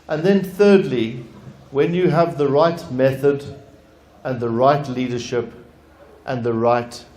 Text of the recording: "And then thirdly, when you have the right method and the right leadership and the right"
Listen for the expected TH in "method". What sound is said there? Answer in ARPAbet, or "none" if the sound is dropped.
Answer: TH